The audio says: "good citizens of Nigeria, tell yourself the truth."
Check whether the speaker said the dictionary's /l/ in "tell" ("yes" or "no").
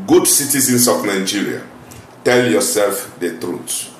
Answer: yes